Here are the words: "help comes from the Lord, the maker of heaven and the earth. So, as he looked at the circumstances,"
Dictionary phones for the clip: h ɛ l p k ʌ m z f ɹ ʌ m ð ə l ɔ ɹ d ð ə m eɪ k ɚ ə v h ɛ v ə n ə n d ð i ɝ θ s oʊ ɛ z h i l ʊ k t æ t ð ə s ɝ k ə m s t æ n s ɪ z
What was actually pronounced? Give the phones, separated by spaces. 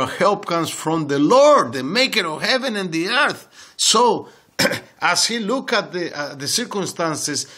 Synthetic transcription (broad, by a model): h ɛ l p k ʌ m s f ɹ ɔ m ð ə l ɔ ɹ d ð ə m eɪ k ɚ ə v h ɛ v ə n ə n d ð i ɝ θ s oʊ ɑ s h i l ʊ k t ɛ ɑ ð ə s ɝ k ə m s t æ n s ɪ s